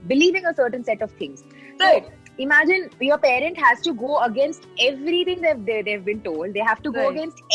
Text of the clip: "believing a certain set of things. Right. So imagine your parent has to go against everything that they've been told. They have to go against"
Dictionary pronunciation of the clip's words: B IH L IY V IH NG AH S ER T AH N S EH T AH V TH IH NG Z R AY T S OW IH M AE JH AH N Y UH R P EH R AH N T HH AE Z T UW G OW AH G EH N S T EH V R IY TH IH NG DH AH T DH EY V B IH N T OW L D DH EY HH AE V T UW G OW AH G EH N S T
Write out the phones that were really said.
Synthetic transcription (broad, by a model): B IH L IY V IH NG AH S ER T AH N S EH T AH V T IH NG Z S OW IH M AE JH AH N Y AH R P EH R AH N T HH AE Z T UW G OW AH G EH N S T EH V R IY T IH NG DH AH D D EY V B IH N T OW L D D EY HH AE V T UW G OW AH G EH N S T